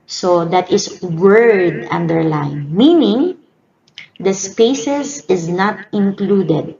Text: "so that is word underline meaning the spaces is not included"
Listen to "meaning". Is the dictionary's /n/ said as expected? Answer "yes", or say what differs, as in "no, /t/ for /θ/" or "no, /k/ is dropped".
yes